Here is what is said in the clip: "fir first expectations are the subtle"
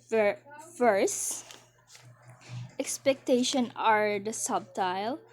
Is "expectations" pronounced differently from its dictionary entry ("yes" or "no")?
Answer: yes